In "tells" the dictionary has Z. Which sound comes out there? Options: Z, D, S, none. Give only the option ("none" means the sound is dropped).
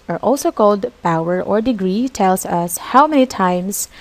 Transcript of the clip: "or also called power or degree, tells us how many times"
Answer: S